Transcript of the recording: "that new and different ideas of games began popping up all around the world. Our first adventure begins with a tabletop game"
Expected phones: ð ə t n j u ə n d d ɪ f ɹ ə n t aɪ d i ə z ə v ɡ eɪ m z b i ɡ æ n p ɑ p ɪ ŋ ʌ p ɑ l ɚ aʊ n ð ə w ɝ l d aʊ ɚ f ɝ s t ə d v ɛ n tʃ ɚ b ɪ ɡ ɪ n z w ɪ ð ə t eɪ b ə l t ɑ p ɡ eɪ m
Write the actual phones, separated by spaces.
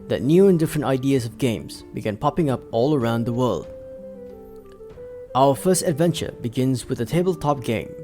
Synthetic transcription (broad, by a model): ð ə t n j u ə n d d ɪ f ɹ ə n t aɪ d i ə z ə v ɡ eɪ m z b i ɡ æ n p ɑ p ɪ ŋ ʌ p ɑ l ɚ aʊ n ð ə w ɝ l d aʊ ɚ f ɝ s t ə d v ɛ n tʃ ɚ b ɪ ɡ ɪ n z w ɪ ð ə t eɪ b ə l t ɑ p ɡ eɪ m